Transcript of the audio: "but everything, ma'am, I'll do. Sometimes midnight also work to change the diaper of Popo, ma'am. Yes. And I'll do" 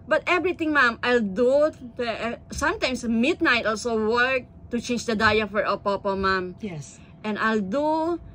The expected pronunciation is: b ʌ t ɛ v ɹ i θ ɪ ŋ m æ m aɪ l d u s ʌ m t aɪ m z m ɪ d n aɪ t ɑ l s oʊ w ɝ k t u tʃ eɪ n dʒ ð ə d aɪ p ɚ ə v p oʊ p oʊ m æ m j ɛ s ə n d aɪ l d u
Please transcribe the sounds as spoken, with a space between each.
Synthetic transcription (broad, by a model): b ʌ t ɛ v ɹ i t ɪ ŋ m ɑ m aɪ l d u s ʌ m t aɪ m s m ɪ d n aɪ t ɑ l s oʊ w ɝ k t u tʃ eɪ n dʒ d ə d aɪ f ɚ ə p oʊ p oʊ m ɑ m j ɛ s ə n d aɪ l d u